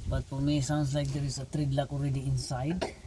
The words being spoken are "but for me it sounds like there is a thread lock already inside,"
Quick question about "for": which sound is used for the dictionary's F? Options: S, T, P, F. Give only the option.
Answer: P